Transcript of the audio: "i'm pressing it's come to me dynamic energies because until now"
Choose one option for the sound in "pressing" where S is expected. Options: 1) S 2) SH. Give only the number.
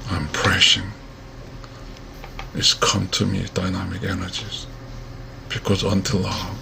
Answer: 2